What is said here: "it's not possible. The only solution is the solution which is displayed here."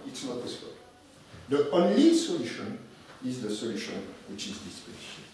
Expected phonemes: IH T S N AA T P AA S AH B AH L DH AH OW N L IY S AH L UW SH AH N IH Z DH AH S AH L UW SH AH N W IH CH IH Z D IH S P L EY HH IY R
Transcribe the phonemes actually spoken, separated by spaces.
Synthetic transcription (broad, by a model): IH T S N AA T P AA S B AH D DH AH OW N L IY S AH L UW SH AH N IH Z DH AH S AH L UW SH AH N W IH CH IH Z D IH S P EY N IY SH